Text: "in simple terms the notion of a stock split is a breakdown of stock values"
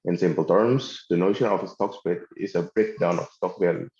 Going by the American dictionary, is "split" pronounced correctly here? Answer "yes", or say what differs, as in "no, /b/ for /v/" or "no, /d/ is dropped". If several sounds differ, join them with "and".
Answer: no, /l/ is dropped